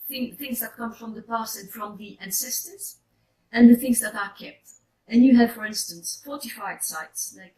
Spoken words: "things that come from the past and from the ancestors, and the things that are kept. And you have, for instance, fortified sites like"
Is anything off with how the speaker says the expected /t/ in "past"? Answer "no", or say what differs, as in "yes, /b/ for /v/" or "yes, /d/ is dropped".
yes, /t/ is dropped